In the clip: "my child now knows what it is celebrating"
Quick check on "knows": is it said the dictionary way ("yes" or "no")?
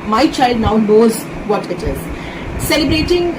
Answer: yes